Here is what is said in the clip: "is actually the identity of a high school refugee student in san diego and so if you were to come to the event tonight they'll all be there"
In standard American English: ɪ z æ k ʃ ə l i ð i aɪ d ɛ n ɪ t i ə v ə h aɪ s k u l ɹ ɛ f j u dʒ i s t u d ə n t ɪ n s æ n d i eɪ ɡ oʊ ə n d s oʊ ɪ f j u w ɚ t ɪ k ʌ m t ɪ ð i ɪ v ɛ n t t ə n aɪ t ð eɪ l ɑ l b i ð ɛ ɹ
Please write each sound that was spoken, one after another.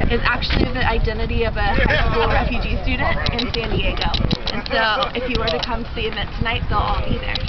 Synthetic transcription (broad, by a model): ɪ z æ k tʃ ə l i ð i aɪ d ɛ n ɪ t i ə v ə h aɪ s k u l ɹ ɛ f j u dʒ i s t u d n t ɪ n s æ n d i eɪ ɡ oʊ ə n s oʊ ɪ f j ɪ w ɚ t ɪ k ʌ m t ɪ ð i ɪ v ɛ n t t ə n aɪ t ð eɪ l ɑ l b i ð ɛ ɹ